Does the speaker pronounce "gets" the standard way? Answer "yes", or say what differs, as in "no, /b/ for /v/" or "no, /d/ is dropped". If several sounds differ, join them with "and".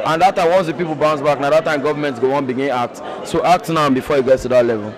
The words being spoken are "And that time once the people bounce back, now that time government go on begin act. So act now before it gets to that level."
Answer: no, /s/ is dropped